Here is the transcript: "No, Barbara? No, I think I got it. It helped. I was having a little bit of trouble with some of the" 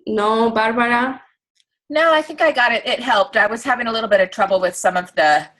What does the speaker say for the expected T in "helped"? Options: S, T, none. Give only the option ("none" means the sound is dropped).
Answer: T